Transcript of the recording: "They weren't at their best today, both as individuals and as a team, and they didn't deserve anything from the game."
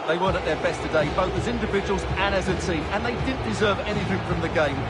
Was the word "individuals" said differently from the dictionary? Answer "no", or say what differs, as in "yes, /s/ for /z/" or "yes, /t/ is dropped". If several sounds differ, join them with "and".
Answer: no